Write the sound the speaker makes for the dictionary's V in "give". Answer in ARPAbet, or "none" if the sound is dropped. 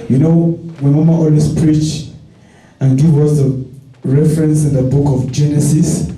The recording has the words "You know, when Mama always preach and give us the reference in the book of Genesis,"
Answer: W